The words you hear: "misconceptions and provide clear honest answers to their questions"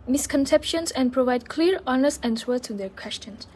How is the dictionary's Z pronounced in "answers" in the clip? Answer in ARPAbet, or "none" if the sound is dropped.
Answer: none